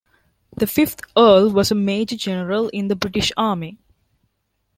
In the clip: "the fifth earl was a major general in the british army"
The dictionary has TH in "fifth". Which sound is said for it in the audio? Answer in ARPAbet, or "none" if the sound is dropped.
T